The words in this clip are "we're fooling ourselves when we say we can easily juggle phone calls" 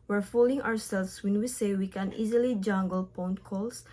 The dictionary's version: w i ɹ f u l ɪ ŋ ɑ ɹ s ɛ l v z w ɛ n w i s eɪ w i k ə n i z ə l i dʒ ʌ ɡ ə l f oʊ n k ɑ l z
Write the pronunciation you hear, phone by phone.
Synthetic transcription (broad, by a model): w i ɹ f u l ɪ ŋ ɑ ɹ s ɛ l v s w ɛ n w i s eɪ w i k ə n i z ə l i dʒ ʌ ɡ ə l p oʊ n k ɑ l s